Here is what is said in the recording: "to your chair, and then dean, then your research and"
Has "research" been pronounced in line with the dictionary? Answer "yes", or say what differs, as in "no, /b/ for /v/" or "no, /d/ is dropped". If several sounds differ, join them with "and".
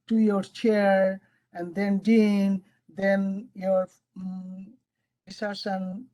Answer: no, /s/ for /tʃ/